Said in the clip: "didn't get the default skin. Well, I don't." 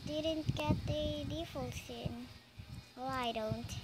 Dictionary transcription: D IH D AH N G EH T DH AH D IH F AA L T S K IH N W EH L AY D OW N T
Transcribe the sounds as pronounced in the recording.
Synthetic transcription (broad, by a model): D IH D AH N G EH T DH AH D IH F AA L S IH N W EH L AY D OW N T